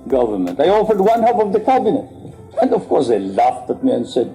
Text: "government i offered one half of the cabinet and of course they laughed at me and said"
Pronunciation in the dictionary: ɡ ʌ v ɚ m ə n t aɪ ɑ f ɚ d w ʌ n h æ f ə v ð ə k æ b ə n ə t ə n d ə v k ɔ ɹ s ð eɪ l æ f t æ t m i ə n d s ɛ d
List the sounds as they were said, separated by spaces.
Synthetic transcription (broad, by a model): ɡ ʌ v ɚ m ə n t aɪ ɑ f ɚ d w ʌ n h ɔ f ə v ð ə k æ b ə n ə t ə n d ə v k ɔ ɹ s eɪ l æ f t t m i ə n d s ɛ d